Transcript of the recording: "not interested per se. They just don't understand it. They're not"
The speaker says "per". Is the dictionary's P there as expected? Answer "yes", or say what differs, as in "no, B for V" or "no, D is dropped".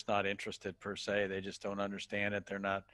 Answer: yes